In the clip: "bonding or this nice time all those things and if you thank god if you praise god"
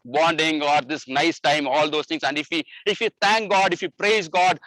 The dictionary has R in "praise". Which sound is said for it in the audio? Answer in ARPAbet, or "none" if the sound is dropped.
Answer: R